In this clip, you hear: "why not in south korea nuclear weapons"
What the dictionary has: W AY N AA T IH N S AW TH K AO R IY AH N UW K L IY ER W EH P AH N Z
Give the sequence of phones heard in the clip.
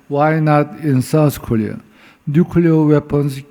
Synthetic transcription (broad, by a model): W AY N AA T IH N S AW S K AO L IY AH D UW K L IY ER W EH P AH N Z